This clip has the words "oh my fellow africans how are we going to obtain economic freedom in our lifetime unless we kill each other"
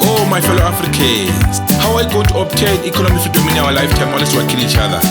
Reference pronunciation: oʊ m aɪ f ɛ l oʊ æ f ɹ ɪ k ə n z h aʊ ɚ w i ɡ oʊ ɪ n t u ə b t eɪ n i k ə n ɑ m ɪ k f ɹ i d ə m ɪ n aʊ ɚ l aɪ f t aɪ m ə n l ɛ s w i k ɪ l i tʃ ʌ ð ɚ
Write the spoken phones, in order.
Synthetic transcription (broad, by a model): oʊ m aɪ f ɛ l oʊ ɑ f ɹ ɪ k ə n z h aʊ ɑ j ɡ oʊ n t u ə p t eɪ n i k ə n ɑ m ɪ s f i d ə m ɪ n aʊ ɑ l aɪ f t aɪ m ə l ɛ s w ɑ k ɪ n i tʃ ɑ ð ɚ